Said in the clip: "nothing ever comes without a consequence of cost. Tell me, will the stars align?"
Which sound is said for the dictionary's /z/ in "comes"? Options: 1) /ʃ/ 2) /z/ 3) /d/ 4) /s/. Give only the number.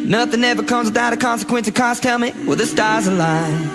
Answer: 2